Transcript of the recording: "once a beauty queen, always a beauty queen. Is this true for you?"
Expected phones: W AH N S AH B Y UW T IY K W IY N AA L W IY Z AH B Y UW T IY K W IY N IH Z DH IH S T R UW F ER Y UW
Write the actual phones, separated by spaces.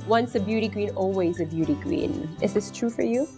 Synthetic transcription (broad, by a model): W AH N S AH B Y UW T IY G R IY N AA L W IY Z AH B Y UW T IY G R IY N IH Z DH IH S T R UW F ER Y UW